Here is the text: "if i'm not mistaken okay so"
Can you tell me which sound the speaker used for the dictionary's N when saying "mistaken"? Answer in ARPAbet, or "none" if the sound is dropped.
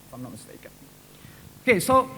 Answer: none